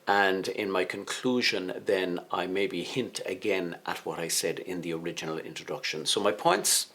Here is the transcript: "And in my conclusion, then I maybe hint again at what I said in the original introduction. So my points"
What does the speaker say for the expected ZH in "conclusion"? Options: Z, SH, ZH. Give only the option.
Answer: ZH